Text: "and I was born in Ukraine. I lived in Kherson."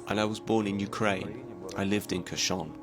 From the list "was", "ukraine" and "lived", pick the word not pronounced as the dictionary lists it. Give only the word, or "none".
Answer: none